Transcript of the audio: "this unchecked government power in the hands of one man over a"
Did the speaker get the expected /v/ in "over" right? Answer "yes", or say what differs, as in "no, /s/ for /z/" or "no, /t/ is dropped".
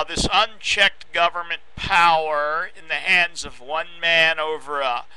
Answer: yes